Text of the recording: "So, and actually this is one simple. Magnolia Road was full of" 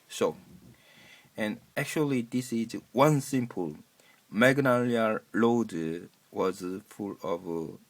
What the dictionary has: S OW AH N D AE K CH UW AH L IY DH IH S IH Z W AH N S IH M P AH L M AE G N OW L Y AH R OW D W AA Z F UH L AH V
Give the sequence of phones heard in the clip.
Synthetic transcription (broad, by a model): S OW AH N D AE K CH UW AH L IY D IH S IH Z W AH N S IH M P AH L M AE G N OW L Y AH L OW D W AA Z F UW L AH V